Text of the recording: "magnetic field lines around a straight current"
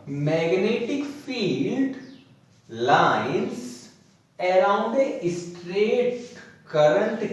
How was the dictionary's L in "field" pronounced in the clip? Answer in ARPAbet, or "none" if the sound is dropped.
L